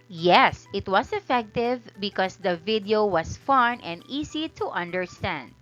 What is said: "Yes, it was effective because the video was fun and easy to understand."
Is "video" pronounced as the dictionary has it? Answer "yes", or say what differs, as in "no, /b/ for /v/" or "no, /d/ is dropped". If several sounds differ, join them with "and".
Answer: yes